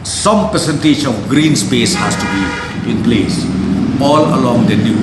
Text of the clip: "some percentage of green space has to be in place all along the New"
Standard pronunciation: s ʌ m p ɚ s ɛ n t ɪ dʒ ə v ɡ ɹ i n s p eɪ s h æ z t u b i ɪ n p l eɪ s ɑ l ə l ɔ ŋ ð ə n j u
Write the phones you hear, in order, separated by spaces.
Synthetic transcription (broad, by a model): s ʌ m p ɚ s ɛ n t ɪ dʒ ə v ɡ ɹ i n s p eɪ s h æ s t u b i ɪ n p l eɪ s ɑ l ə l ɔ ŋ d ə n j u